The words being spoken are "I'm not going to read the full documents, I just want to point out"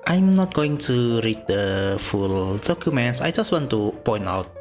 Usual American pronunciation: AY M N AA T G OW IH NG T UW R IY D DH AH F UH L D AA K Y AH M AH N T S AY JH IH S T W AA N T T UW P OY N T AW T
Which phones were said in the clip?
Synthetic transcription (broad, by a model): AY M N AA T G OW IH NG T UW R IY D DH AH F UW L D AA K Y AH M AH N T S AY JH IH S T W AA N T T UW P OY N T AW T